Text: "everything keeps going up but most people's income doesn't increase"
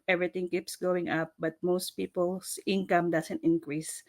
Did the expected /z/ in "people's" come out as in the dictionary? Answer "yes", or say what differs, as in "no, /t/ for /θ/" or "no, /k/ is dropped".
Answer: no, /s/ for /z/